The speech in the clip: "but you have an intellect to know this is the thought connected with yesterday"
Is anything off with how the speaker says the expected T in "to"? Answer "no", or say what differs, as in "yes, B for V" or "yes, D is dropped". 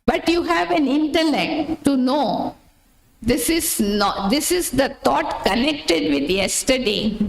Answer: yes, S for T